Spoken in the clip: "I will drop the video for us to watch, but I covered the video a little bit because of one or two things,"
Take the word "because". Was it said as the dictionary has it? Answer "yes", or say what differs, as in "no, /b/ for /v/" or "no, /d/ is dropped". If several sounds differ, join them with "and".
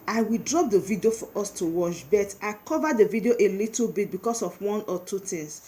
no, /s/ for /z/